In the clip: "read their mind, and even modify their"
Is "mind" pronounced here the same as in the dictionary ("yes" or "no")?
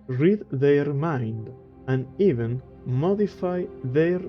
yes